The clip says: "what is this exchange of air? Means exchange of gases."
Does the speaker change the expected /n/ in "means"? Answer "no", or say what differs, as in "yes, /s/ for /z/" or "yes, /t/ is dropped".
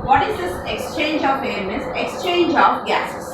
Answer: yes, /n/ is dropped